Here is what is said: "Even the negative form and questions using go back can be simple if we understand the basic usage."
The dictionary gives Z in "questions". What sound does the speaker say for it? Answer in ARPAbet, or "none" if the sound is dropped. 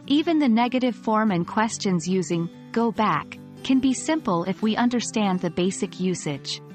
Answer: Z